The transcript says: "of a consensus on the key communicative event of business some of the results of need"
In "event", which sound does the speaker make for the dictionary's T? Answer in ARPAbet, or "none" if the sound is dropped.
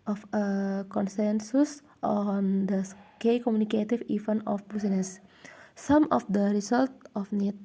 none